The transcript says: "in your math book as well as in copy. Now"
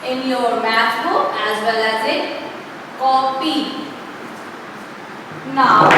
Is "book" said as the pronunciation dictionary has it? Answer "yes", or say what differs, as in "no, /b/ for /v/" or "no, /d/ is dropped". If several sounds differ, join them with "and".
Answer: no, /k/ is dropped